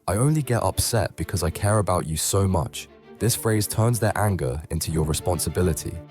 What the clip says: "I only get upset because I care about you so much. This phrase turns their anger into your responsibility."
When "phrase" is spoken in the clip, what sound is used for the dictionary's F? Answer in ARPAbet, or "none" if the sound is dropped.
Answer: F